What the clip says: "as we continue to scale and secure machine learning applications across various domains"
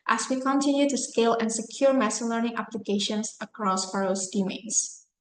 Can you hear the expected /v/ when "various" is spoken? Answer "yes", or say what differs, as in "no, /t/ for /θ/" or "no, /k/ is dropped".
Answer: no, /f/ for /v/